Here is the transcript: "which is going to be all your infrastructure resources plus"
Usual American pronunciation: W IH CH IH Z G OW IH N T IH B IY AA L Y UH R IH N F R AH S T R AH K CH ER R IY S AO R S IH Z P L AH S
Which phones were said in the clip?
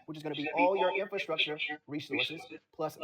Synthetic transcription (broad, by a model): W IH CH IH Z G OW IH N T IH B IY AA L Y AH R IH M F R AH S T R AH K CH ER R IY S AO R S IH Z P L AH S